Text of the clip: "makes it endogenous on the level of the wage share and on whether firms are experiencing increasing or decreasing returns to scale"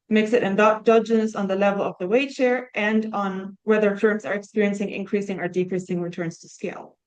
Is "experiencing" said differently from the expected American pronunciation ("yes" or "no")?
no